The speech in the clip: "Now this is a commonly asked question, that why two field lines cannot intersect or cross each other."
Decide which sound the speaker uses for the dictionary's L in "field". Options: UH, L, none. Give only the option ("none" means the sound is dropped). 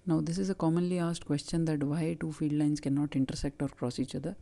none